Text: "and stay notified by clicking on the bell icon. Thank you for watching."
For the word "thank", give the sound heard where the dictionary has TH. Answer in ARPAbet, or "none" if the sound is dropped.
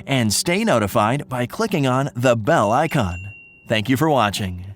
TH